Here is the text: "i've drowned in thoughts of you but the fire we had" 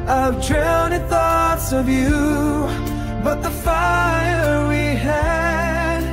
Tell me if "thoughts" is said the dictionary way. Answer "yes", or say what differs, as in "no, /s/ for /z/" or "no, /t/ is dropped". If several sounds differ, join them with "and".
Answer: yes